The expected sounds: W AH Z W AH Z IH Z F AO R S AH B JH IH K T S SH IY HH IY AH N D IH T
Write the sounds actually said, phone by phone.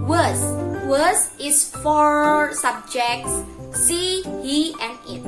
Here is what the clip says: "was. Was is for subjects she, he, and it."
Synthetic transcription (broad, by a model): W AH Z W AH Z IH S F AO R S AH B JH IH K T S S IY HH IY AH N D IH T